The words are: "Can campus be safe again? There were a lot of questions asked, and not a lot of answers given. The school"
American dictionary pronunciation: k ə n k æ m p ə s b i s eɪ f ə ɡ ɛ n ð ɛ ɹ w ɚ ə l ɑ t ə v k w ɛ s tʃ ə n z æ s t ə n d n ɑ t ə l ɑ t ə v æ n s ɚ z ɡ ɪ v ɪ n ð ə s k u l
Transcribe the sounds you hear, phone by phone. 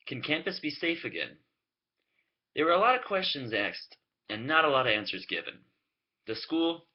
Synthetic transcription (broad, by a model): k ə n k æ m p ə s b i s eɪ f ə ɡ ɛ n ð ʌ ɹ w ɚ ə l ɑ t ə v k w ɛ s tʃ ə n z æ s t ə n n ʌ t ə l ɑ t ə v æ n s ɚ z ɡ ɪ v ɪ n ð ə s k u l